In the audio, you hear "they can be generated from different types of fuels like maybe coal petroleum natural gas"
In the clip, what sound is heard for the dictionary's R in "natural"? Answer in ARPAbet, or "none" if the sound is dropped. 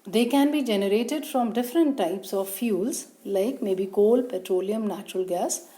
R